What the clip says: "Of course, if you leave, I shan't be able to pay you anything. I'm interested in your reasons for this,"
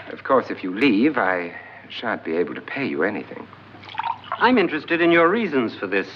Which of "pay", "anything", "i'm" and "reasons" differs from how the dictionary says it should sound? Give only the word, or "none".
none